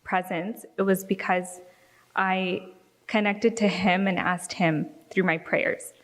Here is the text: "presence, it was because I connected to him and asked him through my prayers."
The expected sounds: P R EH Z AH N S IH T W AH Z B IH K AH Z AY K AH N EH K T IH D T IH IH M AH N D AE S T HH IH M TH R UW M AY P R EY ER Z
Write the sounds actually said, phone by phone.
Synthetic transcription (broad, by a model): P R EH Z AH N S IH T W AH Z B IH K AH Z AY K AH N EH K T IH D T IH IH M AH N AE S T HH IH M TH R UW M AY P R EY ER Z